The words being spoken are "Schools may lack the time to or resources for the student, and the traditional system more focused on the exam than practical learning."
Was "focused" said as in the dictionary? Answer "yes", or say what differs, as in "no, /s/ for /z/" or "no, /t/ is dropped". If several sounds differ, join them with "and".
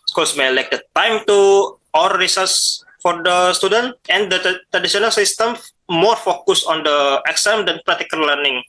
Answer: no, /t/ is dropped